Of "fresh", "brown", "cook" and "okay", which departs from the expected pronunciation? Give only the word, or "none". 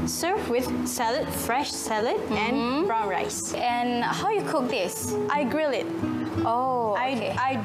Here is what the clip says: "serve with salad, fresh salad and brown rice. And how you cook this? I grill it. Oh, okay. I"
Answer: okay